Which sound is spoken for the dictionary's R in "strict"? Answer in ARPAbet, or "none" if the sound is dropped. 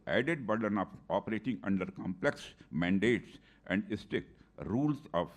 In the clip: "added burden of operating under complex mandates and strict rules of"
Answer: none